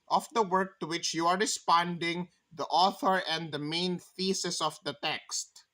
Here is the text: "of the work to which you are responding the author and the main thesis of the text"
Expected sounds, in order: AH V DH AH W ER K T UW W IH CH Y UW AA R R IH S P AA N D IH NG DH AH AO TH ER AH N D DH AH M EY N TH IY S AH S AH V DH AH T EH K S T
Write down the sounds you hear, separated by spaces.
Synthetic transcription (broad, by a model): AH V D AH W ER K T UW W IH CH Y UW AA R R IH S P AA N D IH NG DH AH AO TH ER AH N D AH M EY N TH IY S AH S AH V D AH T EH K S T